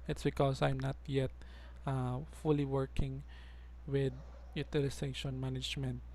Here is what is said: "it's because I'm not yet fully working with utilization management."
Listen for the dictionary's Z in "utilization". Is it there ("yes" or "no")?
no